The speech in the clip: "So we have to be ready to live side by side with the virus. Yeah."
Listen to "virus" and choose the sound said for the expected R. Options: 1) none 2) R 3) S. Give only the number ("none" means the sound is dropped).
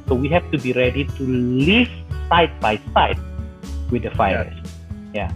1